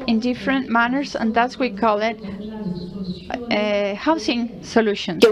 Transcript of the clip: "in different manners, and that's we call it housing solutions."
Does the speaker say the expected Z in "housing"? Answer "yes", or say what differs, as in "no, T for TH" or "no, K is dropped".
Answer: no, S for Z